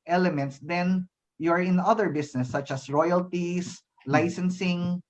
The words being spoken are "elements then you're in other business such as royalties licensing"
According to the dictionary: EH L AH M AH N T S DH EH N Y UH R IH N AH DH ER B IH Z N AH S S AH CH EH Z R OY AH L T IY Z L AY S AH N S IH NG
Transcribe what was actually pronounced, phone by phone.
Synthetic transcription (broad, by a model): EH L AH M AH N T S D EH N Y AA R IH N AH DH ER B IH S N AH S S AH CH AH S R OY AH L T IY S L AY S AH N S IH NG